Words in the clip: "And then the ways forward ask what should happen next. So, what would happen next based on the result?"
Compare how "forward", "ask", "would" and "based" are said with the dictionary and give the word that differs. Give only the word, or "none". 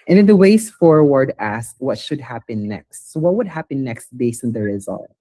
based